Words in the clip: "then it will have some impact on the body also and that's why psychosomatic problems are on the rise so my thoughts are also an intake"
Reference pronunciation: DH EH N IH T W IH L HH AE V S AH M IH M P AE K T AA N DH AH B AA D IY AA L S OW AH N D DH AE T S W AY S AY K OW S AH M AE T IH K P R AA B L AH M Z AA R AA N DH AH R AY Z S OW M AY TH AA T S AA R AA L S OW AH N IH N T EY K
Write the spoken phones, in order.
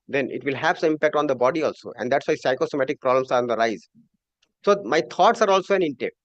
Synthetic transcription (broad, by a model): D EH N IH T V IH L HH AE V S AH IH M P AE K T AA N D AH B AA D IY AA L S OW AH N D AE T S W AY S AY K OW S AH M AE T IH K P R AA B L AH M S AA R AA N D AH R AY Z S OW M AY T AA T S AA R AA L S OW AH N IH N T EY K